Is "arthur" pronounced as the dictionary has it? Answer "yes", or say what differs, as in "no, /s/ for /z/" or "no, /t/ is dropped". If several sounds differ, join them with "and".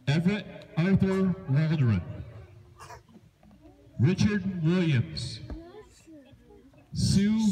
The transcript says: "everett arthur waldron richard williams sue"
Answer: yes